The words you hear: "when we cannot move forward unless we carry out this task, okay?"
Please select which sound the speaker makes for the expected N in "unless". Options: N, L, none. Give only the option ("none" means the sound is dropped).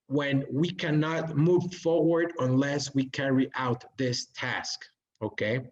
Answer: N